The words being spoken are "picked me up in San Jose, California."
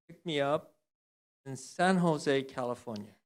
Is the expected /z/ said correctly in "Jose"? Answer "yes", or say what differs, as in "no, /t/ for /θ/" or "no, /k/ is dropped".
yes